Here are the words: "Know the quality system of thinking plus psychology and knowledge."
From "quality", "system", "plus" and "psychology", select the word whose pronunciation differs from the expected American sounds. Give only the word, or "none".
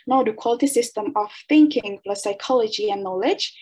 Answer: plus